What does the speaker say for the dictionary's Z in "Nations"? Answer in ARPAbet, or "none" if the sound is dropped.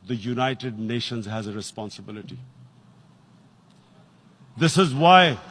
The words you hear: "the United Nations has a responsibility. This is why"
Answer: Z